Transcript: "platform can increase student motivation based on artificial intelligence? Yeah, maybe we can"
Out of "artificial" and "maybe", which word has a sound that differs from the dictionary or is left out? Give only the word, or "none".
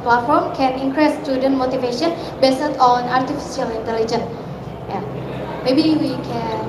artificial